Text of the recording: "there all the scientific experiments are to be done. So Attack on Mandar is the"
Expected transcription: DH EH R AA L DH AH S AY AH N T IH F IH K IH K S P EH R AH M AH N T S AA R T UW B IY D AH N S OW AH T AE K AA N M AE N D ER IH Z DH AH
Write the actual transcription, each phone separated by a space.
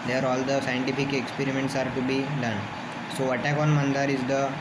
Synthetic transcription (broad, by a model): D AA R AA L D AH S AY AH N T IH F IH K IH K S P EH R AH M AH N T S AA R T UW B IY D AH N S OW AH T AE K AA N M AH N D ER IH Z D AH